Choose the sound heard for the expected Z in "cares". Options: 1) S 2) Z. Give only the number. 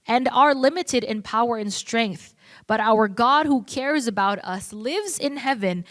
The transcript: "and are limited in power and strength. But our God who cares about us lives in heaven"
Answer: 2